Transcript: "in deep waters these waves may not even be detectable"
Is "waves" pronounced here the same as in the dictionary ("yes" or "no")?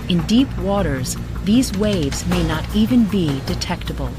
yes